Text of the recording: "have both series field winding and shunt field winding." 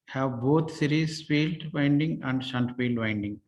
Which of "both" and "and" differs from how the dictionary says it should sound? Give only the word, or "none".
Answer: both